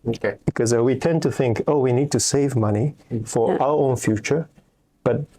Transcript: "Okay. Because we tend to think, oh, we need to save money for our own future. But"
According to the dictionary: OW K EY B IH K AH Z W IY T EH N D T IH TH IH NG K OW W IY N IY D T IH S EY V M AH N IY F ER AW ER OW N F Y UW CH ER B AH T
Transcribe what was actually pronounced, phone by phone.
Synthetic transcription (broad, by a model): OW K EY B IH K AH Z W IY T EH N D T IH TH IH NG K OW W IY N IY D T IH S EY V M AH N IY F ER AW ER OW N F Y UW CH ER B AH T